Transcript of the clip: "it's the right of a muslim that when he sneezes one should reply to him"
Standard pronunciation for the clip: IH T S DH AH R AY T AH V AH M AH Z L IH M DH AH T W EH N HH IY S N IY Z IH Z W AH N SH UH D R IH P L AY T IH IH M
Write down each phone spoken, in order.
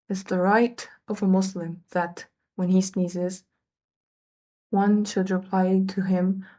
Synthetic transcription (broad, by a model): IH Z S DH AH R AY T AH V AH M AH S L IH M DH AH T W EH N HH IY S N IY Z IH Z W AH N SH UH D R IH P L AY T IH IH M